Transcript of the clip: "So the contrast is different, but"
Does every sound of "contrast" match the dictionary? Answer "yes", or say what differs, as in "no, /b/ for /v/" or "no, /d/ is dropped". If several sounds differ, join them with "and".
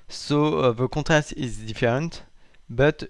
no, /n/ is dropped